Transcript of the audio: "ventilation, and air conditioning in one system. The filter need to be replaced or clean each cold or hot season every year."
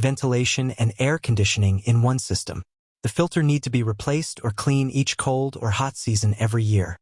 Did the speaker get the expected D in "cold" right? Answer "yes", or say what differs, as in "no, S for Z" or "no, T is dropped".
yes